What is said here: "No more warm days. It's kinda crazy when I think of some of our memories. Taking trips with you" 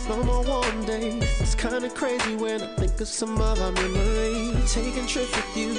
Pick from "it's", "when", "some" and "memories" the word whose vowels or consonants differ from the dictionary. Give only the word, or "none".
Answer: memories